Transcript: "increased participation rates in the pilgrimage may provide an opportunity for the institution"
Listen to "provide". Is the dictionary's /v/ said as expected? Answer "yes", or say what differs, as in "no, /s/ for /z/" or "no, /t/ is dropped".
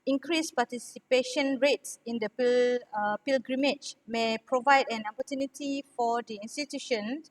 yes